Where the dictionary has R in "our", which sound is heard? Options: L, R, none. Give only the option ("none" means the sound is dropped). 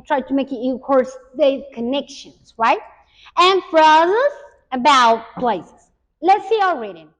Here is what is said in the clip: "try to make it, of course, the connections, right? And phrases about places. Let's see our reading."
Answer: L